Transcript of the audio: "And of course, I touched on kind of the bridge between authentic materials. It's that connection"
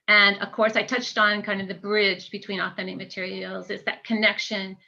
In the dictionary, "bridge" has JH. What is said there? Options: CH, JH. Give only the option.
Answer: JH